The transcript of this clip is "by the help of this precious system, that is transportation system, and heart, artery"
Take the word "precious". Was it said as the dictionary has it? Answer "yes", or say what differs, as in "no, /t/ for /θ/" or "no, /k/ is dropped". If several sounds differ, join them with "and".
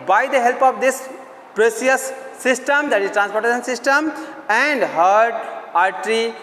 no, /s/ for /ʃ/